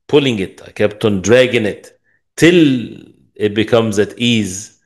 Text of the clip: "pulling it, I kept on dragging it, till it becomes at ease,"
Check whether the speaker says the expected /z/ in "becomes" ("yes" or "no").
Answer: yes